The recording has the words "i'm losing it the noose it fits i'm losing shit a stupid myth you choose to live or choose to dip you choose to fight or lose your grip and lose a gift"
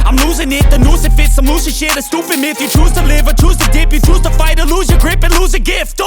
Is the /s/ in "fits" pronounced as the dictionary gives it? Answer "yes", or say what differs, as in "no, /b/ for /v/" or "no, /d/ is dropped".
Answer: yes